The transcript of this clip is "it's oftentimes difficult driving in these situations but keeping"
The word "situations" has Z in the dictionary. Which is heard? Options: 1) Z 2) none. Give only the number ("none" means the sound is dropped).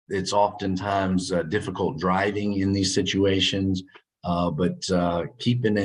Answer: 1